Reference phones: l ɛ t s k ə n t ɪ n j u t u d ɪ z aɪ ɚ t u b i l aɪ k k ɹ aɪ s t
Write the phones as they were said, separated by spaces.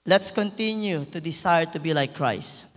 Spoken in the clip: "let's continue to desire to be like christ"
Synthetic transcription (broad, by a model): l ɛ t s k ə n t ɪ n j u t u d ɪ s aɪ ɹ t u b i l aɪ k k ɹ aɪ s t